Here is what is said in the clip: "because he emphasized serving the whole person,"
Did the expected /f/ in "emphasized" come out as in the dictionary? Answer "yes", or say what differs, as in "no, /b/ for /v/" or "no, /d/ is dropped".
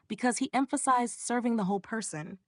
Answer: yes